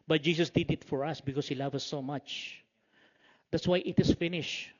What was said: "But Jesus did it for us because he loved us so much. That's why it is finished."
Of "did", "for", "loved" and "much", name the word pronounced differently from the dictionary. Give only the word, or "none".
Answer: loved